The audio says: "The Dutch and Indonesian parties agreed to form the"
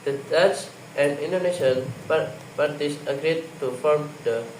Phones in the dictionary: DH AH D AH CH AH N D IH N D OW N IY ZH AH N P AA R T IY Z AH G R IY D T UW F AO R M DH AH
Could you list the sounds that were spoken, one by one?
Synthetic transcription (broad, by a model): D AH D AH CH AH N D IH N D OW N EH SH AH N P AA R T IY S AH G R IY D T UW F AO R M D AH